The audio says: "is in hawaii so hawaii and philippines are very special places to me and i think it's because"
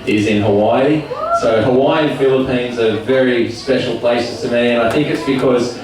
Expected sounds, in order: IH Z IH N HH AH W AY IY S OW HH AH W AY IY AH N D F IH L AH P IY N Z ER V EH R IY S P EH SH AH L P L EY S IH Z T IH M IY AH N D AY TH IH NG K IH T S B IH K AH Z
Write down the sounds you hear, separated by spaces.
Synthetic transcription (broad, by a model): IH Z IH N HH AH W AY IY S OW HH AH W AY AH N F IH L AH P IY N Z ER V EH R IY S P EH SH L P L EY S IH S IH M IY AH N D AY TH IH NG K IH T S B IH K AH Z